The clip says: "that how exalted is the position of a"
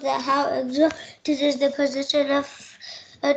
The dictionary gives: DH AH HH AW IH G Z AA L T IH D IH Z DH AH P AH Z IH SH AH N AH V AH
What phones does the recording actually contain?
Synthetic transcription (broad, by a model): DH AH HH AW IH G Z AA T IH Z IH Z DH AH P AH Z IH SH AH N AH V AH